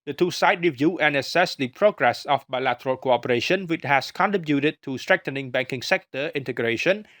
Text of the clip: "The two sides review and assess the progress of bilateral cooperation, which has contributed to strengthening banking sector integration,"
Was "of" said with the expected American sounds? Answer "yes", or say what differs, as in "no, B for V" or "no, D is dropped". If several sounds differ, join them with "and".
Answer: no, F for V